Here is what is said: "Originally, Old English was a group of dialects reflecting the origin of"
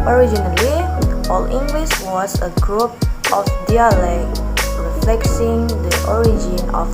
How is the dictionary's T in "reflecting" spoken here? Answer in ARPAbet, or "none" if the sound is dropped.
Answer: S